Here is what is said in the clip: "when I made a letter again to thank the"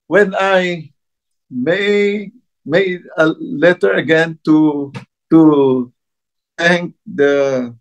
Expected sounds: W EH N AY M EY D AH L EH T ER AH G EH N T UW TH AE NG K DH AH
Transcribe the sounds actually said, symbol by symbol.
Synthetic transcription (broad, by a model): W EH N AY M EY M AH L EH T ER AH G EH N T UW T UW NG K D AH